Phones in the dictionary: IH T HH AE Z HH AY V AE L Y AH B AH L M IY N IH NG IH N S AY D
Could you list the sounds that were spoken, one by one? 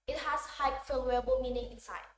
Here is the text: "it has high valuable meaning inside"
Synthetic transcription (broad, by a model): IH T HH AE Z HH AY F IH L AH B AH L M IY N IH NG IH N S AY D